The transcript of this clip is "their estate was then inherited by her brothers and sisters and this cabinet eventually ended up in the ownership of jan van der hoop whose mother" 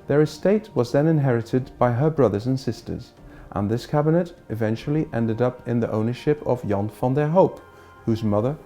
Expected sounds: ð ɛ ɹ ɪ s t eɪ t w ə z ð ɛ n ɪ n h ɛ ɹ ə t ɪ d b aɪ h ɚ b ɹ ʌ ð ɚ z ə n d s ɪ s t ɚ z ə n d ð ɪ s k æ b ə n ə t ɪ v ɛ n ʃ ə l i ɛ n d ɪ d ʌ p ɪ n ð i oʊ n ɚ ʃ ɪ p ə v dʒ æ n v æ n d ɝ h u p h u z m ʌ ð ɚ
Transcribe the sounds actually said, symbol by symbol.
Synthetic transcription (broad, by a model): ð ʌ ɹ ɪ s t eɪ t w ə z ð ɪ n ɪ n h ɛ ɹ ə t ɪ d b aɪ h ɚ b ɹ ʌ ð ɚ z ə n s ɪ s t ɚ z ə n ð ɪ s k æ b ə n ə t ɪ v ɛ n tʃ l i ɛ n d ɪ d ʌ p ɪ n ð i oʊ n ɚ ʃ ɪ p ə v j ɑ n f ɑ n d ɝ h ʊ p h u z m ʌ ð ɚ